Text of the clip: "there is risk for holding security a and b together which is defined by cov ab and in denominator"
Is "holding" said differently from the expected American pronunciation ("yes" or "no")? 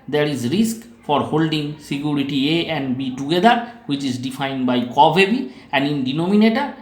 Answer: no